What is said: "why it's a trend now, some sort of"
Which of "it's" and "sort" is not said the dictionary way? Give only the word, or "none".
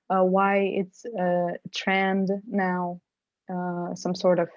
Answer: none